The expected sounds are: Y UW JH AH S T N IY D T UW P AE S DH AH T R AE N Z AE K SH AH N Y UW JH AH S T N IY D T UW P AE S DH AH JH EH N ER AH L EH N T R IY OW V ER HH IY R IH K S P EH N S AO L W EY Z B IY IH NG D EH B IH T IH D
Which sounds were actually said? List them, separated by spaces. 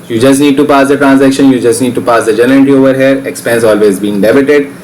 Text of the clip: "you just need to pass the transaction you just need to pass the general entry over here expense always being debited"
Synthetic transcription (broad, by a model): Y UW JH AH S T N IY D T UW P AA S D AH T R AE N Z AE K SH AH N Y UW JH AH S T N IY D T UW P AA S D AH JH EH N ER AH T IY OW V ER HH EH R IH K S P EH N S AO L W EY Z B IY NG D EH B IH T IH D